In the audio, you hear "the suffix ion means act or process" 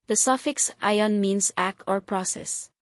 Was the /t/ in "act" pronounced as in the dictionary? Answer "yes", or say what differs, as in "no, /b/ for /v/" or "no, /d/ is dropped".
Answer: yes